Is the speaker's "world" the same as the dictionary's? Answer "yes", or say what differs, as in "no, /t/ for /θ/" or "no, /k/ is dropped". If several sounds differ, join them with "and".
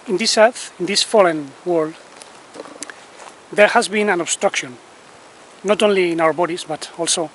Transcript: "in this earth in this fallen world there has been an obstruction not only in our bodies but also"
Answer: yes